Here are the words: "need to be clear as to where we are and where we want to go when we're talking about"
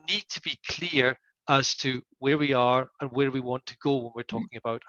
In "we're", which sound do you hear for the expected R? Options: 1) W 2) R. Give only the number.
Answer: 2